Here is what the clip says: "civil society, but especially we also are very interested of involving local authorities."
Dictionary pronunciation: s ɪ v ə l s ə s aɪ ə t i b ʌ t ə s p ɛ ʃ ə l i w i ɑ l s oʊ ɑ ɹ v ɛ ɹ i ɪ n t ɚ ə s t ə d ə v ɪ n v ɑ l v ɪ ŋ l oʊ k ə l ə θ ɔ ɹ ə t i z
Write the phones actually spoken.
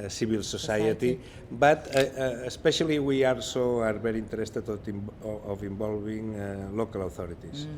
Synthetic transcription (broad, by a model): s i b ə l s ə s aɪ ə t i b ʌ t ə s p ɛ ʃ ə l i w i ɑ l s oʊ ɑ ɹ b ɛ ɹ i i n t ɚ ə s t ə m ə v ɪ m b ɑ l b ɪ ŋ l oʊ k ə l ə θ ɔ ɹ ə t i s